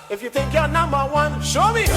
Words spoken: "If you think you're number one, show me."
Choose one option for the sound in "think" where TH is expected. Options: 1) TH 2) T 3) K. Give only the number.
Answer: 2